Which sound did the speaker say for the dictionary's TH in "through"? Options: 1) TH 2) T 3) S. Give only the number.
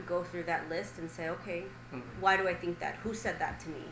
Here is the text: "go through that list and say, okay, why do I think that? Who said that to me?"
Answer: 1